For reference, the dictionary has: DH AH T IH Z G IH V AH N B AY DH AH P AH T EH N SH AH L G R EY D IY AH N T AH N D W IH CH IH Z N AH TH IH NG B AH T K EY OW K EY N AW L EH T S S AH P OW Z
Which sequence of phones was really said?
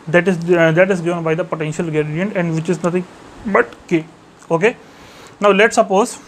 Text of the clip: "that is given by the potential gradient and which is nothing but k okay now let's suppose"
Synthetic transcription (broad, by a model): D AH T IH Z G IH V AH N B AY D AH P AH T EH N SH AH L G EY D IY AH N T AH N D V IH CH IH Z N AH T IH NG B AH T K EY OW K EY N AW L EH T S S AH P OW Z